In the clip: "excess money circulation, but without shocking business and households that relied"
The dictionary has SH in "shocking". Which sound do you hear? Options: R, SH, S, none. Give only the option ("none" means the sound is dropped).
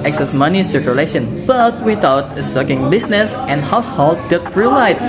S